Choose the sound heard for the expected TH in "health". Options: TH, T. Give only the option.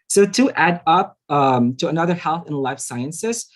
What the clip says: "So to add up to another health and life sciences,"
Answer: TH